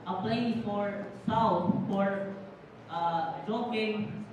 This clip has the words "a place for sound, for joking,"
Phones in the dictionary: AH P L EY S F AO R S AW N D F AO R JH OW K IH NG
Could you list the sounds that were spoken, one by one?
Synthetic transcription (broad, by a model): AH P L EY F AO R S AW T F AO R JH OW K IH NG